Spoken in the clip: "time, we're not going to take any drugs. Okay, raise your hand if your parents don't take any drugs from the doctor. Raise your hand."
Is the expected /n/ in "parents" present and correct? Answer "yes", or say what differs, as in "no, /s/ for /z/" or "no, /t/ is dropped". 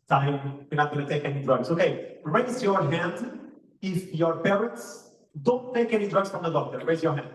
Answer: no, /n/ is dropped